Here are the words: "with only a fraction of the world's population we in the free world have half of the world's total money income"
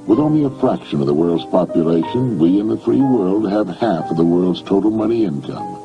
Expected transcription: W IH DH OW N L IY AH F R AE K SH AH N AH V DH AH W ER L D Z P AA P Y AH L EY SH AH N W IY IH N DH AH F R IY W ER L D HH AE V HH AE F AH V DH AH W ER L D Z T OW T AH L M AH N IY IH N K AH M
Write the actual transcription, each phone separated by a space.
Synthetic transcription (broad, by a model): W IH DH OW N L IY AH F R AE K SH AH N AH V DH AH W ER L D Z P AA P Y AH L EY SH AH N W IY IH N DH AH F R IY W ER L D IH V HH AE F AH V DH AH W ER L D Z T OW T L M AH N IY IH N K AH M